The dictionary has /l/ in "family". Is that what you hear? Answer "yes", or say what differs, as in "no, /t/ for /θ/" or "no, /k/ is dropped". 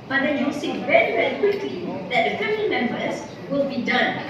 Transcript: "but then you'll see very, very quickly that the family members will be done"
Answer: no, /n/ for /l/